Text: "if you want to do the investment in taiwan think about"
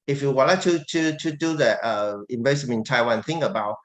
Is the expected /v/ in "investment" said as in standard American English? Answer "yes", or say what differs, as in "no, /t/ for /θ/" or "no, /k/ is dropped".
no, /b/ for /v/